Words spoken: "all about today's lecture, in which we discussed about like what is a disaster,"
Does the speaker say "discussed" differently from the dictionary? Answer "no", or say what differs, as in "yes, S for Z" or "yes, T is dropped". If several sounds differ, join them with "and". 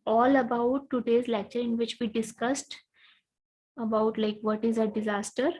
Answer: no